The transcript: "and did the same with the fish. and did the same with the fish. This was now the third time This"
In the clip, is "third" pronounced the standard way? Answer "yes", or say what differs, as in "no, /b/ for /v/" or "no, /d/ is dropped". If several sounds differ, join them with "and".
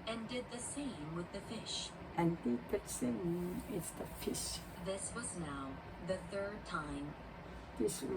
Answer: yes